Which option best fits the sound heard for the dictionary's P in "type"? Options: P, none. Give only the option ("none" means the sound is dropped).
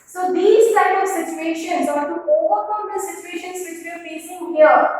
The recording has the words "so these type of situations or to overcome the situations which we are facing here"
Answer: none